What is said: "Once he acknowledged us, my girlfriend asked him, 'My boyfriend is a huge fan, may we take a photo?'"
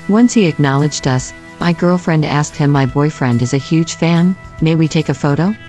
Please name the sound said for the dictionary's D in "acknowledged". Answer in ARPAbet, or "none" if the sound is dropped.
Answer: D